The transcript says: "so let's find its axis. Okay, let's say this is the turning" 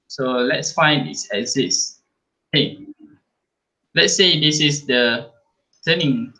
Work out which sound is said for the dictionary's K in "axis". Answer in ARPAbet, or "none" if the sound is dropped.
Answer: none